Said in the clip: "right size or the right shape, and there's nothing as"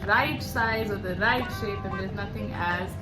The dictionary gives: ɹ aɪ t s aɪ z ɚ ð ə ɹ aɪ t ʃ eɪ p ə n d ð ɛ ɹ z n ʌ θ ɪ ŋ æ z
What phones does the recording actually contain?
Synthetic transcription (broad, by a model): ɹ aɪ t s aɪ z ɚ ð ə ɹ aɪ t ʃ eɪ p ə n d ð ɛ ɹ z n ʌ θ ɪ ŋ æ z